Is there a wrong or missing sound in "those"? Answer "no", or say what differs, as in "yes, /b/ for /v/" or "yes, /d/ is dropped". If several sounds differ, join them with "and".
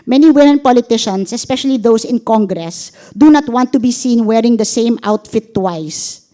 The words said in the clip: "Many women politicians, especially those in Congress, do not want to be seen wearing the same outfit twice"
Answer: yes, /s/ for /z/